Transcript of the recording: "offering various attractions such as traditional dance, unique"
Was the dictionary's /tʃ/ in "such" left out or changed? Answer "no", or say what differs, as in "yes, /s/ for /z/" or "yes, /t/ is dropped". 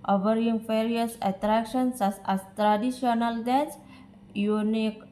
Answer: yes, /s/ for /tʃ/